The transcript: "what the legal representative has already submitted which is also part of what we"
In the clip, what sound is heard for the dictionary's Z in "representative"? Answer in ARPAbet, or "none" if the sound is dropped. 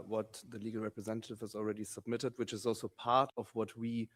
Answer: Z